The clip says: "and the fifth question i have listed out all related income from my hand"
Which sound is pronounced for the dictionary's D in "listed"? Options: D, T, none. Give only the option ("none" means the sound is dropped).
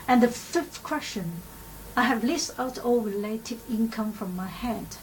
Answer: none